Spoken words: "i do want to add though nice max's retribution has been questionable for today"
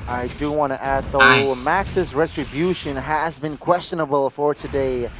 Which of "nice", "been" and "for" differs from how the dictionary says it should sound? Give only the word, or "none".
nice